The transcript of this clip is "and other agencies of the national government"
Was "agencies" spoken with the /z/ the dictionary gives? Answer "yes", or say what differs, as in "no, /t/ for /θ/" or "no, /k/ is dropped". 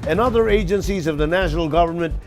yes